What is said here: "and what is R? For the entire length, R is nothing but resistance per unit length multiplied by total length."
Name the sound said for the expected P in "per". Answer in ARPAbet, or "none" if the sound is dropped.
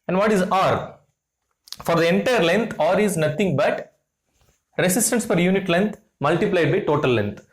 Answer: F